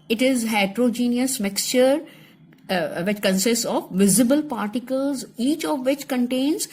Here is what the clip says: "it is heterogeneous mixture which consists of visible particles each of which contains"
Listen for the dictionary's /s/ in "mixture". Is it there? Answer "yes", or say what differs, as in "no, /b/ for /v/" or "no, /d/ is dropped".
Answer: yes